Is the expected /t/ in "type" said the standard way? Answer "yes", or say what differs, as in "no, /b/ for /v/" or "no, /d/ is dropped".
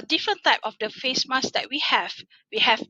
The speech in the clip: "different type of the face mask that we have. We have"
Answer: yes